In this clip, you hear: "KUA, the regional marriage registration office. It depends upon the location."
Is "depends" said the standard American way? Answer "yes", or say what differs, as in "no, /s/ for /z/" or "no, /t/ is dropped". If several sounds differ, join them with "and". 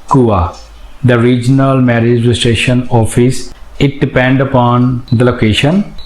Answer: no, /z/ is dropped